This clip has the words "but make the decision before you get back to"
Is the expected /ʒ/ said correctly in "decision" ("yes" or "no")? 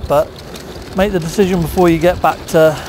yes